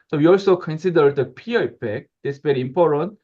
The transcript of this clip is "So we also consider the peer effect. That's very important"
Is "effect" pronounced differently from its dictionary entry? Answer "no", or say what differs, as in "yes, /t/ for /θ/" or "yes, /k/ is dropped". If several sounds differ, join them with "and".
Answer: yes, /p/ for /f/